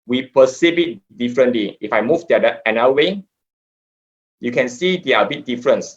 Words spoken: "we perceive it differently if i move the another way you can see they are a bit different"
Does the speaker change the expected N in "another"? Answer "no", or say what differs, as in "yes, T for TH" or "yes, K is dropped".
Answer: yes, N is dropped